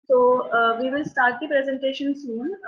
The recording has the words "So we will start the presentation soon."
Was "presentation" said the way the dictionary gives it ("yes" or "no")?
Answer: yes